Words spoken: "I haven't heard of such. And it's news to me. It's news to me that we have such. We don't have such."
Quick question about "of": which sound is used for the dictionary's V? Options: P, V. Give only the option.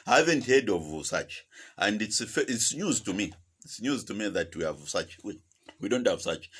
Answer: V